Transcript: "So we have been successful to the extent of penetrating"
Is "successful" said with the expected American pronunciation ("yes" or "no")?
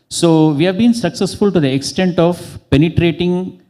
yes